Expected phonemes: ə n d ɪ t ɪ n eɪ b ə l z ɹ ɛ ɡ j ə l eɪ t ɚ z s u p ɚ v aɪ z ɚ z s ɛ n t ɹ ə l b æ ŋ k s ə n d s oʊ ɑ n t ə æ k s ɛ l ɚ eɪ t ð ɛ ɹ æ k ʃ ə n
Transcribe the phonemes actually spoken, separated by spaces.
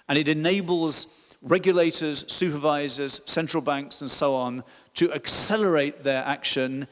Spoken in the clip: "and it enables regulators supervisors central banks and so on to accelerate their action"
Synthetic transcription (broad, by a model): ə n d ɪ t ɪ n eɪ b ə l z ɹ ɛ ɡ j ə l eɪ t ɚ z s u p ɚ v aɪ z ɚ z s ɛ n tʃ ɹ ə l b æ ŋ k s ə n s oʊ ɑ n t ə æ k s ɛ l ɚ eɪ t ð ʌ ɹ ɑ k ʃ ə n